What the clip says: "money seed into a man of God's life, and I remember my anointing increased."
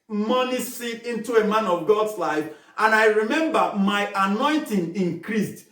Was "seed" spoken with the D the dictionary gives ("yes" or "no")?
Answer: no